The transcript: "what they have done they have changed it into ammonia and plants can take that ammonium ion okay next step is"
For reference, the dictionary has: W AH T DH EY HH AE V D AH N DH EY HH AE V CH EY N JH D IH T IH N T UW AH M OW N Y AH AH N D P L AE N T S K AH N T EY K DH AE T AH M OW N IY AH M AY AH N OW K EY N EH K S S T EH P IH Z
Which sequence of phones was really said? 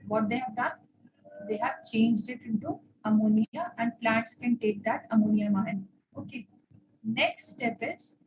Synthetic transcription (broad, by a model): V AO T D EY HH AE V D AH N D EY HH AE V CH EY N JH D IH T IH N T UW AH M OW N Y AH AH N D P L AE T S K AH N T EY K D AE T AH M OW N IY AH M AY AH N OW K EY N EH K S S T EH P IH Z